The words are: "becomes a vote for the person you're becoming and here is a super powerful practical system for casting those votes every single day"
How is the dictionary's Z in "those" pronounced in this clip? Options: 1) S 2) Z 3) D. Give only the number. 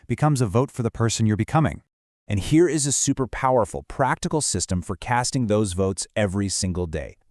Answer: 2